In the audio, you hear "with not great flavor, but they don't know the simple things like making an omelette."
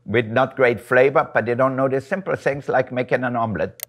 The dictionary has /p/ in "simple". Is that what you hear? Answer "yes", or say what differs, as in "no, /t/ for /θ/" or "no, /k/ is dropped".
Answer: yes